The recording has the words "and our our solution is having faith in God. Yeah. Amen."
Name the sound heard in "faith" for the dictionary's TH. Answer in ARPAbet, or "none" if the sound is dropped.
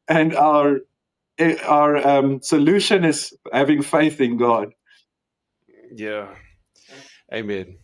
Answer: TH